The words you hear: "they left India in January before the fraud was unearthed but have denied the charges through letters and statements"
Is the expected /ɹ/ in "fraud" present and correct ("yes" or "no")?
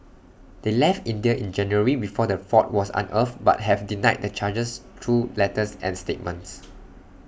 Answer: no